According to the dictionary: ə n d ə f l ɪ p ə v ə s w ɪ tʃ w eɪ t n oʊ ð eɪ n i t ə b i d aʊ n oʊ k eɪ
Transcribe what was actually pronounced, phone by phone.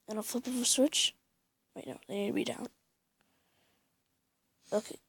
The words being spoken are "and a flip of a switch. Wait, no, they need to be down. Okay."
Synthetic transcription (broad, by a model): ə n ə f ɪ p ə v ə s w ɪ tʃ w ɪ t n oʊ ð eɪ n i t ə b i d aʊ n oʊ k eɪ